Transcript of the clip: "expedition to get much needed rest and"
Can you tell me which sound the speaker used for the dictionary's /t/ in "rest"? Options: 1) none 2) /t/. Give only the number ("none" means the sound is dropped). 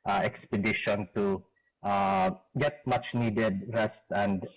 2